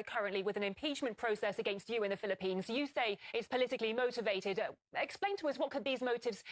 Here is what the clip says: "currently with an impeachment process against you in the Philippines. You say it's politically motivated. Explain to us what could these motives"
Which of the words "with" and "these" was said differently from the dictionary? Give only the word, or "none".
none